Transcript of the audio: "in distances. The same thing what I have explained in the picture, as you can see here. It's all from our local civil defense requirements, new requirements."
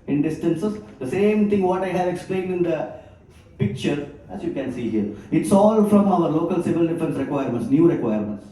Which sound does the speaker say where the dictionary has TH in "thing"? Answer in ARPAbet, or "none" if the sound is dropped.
T